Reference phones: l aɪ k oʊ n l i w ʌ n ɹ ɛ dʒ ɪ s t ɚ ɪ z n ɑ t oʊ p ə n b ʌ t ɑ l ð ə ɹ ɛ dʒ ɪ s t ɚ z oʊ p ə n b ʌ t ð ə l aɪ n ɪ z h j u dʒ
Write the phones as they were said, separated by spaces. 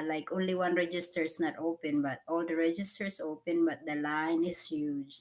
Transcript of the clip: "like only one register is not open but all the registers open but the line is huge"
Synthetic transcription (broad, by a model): l aɪ k oʊ n l i w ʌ n ɹ ɛ dʒ ɪ s t ɚ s n ɑ t oʊ p ə n b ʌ t ɑ l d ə ɹ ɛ dʒ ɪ s t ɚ s oʊ p ə n b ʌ t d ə l aɪ n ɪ s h j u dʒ